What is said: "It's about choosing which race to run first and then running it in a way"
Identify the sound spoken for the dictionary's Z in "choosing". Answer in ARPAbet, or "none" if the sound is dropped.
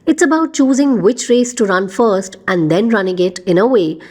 Z